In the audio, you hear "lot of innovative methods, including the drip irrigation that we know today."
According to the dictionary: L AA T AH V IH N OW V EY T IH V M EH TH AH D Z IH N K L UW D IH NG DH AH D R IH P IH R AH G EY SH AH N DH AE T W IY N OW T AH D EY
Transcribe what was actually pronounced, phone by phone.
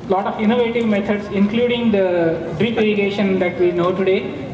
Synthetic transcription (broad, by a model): L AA T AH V IH N OW V EY T IH V M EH T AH D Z IH N K L UW D IH NG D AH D R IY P IH R AH G EY SH AH N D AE T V IY N OW T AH D EY